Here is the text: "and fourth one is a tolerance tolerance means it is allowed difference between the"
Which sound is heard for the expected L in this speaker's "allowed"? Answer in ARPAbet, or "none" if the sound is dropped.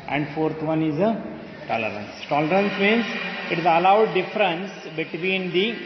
L